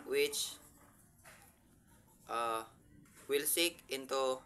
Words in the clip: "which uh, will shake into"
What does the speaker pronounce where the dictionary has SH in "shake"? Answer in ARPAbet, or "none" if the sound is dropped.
S